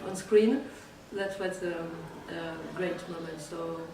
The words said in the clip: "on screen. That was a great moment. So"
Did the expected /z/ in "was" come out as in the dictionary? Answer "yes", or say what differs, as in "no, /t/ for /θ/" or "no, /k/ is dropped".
no, /s/ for /z/